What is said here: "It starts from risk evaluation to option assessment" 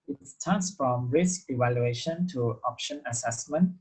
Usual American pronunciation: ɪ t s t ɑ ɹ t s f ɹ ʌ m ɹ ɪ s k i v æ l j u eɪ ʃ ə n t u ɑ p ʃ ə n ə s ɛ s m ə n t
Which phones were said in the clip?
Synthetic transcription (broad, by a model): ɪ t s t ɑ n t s f ɹ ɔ m ɹ ɪ s k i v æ l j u eɪ ʃ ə n t u ɑ p ʃ ə n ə s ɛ s m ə n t